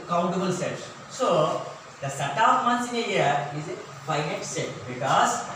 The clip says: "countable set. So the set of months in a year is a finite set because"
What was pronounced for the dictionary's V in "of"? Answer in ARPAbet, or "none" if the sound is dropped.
P